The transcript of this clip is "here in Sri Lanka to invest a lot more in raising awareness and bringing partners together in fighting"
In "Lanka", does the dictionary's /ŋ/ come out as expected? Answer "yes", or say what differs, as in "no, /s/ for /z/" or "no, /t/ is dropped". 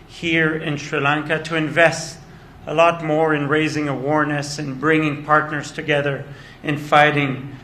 yes